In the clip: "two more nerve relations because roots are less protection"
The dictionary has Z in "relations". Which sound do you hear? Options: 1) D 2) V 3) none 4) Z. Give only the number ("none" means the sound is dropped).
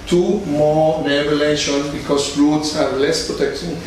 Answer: 3